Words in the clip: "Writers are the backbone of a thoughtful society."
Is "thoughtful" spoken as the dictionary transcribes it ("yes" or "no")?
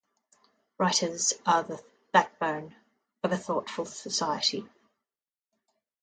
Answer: yes